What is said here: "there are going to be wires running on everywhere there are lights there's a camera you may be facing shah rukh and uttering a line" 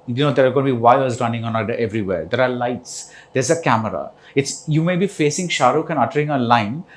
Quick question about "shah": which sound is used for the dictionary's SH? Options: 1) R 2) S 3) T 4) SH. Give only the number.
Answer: 4